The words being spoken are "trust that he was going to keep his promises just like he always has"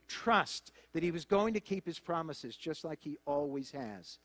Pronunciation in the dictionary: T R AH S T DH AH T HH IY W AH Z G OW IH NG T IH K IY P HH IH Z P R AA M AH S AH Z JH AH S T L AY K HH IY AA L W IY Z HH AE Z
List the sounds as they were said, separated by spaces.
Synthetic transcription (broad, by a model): T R AH S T DH AH T HH IY W AH Z G OW IH NG T IH K IY P HH IH Z P R AA M AH S AH Z JH AH S T L AY K HH IY AA L W IY Z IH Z